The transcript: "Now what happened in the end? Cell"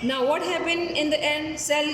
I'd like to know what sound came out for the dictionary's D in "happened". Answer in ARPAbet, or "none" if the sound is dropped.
none